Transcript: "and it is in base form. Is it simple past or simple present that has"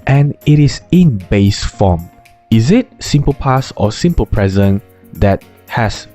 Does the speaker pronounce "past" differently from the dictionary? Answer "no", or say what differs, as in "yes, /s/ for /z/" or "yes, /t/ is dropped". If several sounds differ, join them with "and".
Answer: yes, /t/ is dropped